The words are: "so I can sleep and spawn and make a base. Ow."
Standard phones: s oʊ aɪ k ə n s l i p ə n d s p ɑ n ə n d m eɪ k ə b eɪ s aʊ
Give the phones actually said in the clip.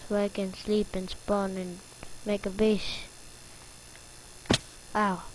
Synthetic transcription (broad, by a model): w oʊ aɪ k ə n s l i p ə n s p ɑ n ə n m eɪ k ə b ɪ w aʊ